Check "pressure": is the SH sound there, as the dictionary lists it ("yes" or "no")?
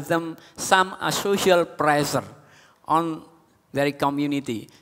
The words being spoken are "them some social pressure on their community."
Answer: no